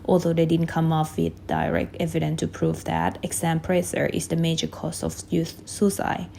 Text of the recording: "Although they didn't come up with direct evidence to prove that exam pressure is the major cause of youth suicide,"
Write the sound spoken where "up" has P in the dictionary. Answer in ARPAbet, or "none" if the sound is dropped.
F